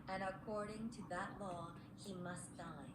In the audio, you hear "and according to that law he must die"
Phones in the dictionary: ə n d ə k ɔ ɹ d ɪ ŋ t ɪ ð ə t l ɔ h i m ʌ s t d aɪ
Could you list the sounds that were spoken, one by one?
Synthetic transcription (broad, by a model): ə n ə k ɔ ɹ d ɪ ŋ t ɪ ð ə t l ɔ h i m ʌ s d aɪ